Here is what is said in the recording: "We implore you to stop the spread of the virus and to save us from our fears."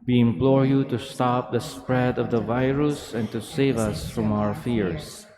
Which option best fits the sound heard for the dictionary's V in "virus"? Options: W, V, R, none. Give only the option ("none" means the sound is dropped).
V